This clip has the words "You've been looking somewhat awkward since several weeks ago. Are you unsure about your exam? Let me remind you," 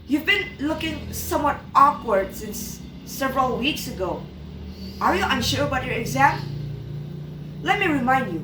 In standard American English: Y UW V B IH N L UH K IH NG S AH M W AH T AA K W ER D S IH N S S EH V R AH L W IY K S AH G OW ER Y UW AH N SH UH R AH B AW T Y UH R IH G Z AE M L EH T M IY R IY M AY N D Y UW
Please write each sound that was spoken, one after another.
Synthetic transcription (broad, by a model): Y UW V B IH N L UH K IH NG S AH M W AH T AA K W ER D S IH N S S EH V R AH L W IY K S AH G OW ER Y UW AH N SH UH R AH B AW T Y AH R IH G Z AE M L EH T M IY R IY M AY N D Y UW